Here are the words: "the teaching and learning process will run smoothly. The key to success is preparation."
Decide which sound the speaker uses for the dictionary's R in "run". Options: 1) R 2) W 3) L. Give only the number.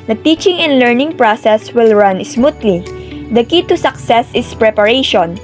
1